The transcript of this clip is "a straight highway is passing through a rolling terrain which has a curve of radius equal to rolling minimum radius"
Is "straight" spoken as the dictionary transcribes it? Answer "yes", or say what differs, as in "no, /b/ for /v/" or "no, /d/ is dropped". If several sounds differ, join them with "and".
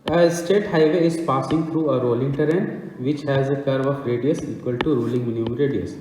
no, /ɹ/ is dropped